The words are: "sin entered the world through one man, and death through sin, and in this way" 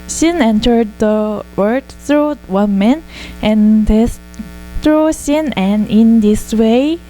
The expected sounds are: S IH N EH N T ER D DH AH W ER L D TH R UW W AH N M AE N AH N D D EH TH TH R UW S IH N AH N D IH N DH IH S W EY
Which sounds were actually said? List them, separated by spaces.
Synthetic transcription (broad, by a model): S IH N EH N T ER D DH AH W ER D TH R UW W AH N M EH N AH N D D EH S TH R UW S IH N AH N IH N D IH S W EY